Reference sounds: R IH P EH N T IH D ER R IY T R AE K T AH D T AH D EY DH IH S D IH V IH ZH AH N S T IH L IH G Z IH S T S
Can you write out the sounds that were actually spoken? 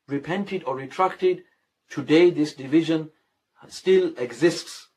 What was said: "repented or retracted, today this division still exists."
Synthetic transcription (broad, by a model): R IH P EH N T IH D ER R IY T R AE K T AH D T AH D EY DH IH S D IH V IH ZH AH N S T IH L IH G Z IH S T S